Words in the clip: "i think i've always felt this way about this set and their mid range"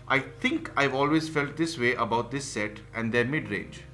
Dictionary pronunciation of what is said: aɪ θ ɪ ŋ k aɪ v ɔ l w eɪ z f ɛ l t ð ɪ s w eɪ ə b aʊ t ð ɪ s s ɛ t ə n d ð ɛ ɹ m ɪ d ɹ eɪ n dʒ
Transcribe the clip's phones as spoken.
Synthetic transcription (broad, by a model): aɪ t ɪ ŋ k aɪ v ɔ l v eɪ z f ɛ l t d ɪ s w eɪ ə b aʊ t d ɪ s s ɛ t ə n d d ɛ ɹ m ɪ d ɹ eɪ n dʒ